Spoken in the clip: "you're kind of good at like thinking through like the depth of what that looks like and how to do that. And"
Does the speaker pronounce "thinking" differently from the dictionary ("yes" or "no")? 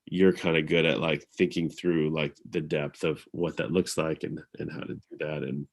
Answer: no